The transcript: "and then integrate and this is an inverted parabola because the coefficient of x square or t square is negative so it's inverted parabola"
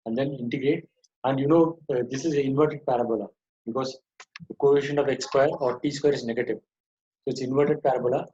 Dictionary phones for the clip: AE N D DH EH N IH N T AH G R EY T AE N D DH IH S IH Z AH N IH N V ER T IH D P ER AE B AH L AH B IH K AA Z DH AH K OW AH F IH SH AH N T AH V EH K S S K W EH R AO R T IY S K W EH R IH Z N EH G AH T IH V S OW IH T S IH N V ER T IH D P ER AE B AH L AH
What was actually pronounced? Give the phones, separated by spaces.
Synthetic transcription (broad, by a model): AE N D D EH N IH N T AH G R EY T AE N D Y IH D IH S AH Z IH N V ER T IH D P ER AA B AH L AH B IH K AA Z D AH K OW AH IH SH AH N AH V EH K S S K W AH R AO R T IY S K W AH R IH Z N EH G AH T IH V S OW IH T S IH N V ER T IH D P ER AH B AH L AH